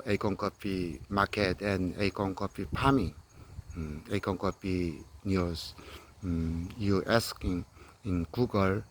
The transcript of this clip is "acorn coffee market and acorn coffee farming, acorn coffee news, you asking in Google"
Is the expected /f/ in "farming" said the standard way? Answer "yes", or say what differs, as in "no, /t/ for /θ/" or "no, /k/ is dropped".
no, /p/ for /f/